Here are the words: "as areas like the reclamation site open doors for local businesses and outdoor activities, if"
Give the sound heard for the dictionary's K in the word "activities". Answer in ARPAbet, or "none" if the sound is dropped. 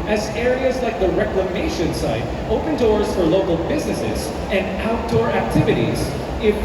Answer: K